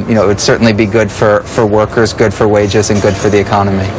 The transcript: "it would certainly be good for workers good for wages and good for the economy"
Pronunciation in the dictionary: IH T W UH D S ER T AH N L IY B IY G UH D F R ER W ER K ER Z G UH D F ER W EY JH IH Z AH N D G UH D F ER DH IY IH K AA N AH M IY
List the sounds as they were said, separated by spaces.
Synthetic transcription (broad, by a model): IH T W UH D S ER T N L IY B IY G UH D F R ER W ER K ER Z G UH D F ER W EY JH IH Z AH N G UH D F ER DH IY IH K AA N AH M IY